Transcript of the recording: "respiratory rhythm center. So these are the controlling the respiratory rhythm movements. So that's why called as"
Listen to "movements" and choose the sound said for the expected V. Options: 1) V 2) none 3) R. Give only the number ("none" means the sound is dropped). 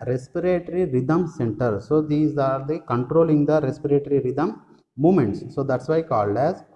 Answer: 2